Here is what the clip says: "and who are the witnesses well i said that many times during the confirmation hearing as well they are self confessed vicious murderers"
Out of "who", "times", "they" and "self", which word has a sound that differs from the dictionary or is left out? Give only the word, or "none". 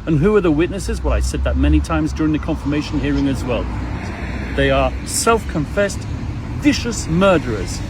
none